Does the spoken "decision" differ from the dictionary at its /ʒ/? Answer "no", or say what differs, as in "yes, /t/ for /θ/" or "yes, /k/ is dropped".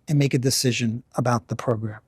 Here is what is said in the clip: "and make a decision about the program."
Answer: no